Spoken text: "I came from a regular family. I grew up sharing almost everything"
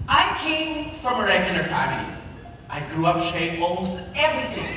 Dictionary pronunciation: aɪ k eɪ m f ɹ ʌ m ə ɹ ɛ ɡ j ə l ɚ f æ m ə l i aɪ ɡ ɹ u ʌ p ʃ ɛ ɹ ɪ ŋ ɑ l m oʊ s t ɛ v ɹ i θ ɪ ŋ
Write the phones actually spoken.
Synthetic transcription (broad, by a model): aɪ k eɪ m f ɹ ʌ m ə ɹ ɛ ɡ j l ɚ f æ ə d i aɪ ɡ ɹ u ʌ p ʃ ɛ ɪ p ɑ l m oʊ s t ɛ v ɹ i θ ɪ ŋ